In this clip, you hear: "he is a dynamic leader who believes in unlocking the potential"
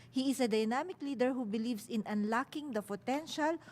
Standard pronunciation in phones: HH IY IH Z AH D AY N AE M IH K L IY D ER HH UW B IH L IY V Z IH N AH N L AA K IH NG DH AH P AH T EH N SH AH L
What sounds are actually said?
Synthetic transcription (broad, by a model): HH IY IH S AH D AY N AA M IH K L IY D ER HH UW B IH L IY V S IH N AH N L AA K IH NG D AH P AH T EH N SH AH L